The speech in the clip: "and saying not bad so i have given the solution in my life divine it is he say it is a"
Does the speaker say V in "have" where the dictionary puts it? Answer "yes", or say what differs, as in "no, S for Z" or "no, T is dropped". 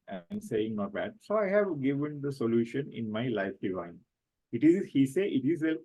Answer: yes